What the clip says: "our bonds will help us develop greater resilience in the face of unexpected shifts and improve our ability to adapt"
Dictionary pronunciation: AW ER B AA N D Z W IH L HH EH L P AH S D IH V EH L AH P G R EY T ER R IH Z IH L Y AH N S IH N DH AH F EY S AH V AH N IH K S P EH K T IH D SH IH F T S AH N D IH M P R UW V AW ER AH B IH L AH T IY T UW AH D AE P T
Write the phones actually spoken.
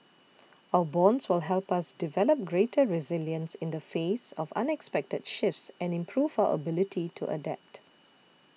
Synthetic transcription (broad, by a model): AW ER B AA N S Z W IH L HH EH L P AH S D IH V EH L AH P G R EY T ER R IH Z IH L Y AH N S IH N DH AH F EY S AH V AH N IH K S P EH K T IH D SH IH F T S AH N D IH M P R UW V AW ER AH B IH L AH T IY T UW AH D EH P T